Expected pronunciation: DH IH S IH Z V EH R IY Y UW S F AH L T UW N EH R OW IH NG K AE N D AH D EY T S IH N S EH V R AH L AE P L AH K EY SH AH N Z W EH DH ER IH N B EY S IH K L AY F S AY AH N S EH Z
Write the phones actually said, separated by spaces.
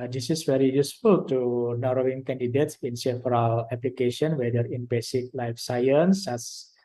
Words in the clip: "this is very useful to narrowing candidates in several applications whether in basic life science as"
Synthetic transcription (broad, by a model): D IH S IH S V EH R IY Y UW S F AH L T UW N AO R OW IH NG K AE N D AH D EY T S IH N S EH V R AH L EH P L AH K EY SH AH N W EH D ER IH N B EY S IH K L AY F S AY AH N S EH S